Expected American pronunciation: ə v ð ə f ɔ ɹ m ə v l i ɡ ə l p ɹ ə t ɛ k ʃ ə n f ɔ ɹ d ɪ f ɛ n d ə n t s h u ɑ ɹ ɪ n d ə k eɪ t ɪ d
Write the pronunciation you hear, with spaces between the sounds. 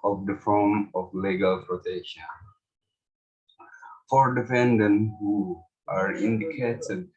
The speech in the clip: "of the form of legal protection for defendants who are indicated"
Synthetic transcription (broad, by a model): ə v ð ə f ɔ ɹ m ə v l i ɡ ə l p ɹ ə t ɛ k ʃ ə n f ɔ ɹ d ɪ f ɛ n d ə n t h u ɑ ɹ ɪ n d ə k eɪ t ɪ d